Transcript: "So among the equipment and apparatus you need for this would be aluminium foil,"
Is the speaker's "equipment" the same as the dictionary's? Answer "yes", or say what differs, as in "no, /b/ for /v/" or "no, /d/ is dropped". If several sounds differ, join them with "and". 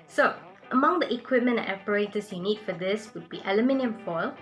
no, /t/ is dropped